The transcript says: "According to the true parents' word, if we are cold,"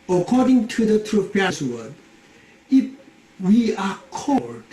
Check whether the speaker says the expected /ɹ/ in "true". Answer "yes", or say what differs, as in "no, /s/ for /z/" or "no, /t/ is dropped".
yes